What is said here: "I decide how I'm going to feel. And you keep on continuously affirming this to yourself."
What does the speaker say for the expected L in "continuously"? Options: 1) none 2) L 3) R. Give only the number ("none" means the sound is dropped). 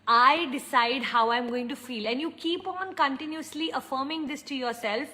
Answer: 2